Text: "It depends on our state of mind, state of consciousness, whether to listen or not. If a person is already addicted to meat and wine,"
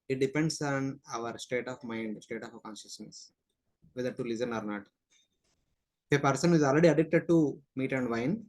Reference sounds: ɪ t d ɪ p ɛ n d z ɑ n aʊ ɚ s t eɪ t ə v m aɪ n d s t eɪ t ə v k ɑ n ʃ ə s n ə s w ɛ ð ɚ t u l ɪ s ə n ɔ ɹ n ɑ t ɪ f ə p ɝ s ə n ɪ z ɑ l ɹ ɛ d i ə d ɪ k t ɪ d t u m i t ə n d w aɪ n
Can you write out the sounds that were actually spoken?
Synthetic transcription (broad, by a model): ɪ t d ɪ p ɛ n d s ɑ n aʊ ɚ s t eɪ t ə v m aɪ n d s t eɪ t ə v k ɑ n ʃ ə s n ə s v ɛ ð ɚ t u l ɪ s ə n ɔ ɹ n ɑ t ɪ p ə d s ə n ɪ z ɑ l ɹ ɛ d i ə d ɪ k t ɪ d t u m i t ə n d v aɪ n